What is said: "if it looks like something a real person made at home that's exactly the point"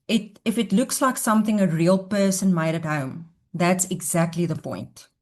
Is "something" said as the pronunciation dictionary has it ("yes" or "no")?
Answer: yes